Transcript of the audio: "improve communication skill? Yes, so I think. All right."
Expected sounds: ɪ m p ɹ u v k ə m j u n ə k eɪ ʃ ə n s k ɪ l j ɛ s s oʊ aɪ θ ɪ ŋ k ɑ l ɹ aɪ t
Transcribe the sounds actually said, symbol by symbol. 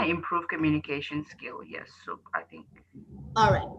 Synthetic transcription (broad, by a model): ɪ m p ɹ u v k ə m j u n ə k eɪ ʃ ə n s k ɪ l j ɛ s s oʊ aɪ θ ɪ ŋ k ɑ l ɹ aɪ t